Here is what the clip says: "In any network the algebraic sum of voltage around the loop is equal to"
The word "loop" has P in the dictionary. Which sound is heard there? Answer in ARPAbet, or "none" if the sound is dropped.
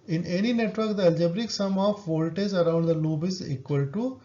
B